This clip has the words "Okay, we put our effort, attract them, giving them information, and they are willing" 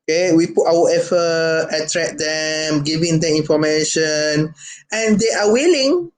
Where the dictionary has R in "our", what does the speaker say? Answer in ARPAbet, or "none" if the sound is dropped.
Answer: W